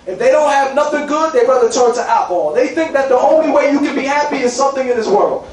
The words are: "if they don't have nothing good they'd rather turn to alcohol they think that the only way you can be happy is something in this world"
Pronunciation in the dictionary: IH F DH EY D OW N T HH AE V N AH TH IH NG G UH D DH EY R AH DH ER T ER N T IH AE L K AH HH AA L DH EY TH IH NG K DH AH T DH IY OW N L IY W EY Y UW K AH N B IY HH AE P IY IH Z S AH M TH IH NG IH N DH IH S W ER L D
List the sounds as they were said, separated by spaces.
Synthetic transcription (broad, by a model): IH F DH EY D OW N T HH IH V N AH TH IH NG G UH D DH EY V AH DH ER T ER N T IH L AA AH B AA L DH EY TH IH NG K DH AH T DH IY OW N L IY W EY Y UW K AH N B IY HH AE P IY IH Z S AH M TH IH NG IH N DH IH S W ER L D